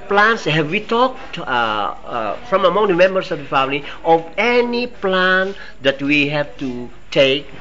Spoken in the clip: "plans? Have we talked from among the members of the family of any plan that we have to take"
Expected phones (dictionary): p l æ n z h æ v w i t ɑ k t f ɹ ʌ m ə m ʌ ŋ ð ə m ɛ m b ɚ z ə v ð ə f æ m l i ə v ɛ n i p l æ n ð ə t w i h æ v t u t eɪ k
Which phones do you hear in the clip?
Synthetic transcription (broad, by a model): p l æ n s h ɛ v w i t ɑ k t f ɹ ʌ m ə m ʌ ŋ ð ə m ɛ m b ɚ s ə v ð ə f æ m l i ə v ɛ n i p l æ n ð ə t w i h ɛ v t u t eɪ k